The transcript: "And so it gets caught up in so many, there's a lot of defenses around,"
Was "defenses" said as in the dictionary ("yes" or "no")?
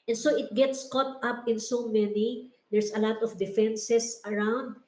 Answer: no